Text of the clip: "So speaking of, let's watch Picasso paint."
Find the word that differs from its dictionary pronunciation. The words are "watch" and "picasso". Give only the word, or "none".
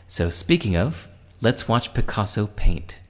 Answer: none